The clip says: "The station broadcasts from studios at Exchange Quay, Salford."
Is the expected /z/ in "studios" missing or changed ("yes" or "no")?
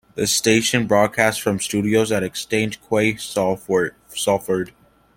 no